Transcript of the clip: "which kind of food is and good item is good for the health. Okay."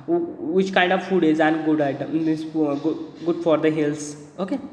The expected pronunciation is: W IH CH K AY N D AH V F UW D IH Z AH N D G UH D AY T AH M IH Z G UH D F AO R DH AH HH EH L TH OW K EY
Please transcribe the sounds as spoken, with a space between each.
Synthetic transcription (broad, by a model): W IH CH K AY N D AH V F UW D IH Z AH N G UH D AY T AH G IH G UH D F AO R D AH HH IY L S OW K EY